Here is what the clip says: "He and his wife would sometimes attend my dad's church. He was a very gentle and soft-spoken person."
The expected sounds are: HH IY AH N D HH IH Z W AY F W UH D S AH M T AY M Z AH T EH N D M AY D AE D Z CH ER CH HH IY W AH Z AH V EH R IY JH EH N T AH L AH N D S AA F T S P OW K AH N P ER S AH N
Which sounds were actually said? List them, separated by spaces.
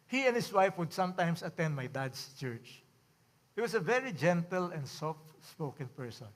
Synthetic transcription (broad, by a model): HH IY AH N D HH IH S W AY F W UH D S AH M T AY M S AH T EH N D M AY D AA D S CH ER CH HH IY W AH S AH V EH R IY JH EH N T AH L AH N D S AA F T S P OW K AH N P ER S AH N